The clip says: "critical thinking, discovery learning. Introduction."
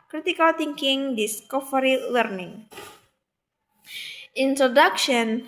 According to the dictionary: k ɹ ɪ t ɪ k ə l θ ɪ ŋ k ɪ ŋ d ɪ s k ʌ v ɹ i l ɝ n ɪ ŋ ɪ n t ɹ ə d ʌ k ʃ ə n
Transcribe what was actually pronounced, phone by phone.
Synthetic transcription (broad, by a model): k ɹ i t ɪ k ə l t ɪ ŋ k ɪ ŋ d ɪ s k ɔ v ɹ i l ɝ n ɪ ŋ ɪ n t ɹ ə d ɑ k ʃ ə n